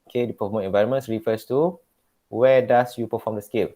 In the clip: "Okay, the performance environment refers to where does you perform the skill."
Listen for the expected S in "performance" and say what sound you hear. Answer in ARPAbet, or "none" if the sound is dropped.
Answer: none